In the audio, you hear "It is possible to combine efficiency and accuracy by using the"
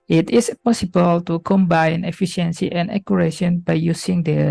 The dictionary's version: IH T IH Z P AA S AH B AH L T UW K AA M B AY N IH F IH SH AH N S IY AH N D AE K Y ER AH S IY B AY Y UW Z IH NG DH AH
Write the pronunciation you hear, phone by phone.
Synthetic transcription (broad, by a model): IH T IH S P AA S AH B AH L T UW K AA M B AY N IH F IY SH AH N S IY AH N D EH K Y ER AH SH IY B AY Y UW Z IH NG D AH